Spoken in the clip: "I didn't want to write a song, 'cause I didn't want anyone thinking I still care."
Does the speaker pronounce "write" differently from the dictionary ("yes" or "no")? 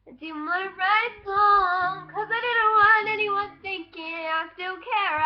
yes